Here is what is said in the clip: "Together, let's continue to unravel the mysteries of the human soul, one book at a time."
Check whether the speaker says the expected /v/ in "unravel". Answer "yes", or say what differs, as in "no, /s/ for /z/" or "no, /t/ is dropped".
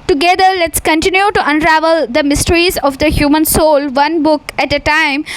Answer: yes